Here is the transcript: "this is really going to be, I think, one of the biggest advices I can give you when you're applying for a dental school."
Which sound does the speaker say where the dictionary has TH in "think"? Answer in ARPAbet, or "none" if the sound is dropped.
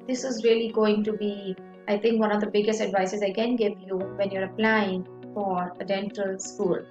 T